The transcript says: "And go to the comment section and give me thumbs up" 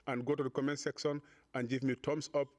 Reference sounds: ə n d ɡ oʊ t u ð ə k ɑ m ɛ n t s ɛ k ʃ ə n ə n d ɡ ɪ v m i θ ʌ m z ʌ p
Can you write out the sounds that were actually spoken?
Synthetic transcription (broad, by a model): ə n ɡ oʊ t u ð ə k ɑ m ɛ n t s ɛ k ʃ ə n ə n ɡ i v m i t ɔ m s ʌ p